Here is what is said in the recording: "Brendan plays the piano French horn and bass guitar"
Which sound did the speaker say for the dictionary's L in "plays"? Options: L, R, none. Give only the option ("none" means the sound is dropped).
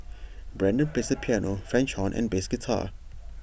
none